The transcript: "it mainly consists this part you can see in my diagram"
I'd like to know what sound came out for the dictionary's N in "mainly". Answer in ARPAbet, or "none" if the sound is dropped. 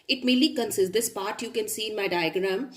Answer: none